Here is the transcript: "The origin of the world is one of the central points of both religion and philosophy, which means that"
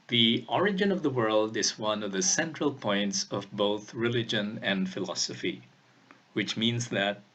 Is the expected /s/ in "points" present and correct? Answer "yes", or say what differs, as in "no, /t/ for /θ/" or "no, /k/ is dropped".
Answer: yes